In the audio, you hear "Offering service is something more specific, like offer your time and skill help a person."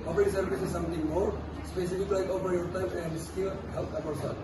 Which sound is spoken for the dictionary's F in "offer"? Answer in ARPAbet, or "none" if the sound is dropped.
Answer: P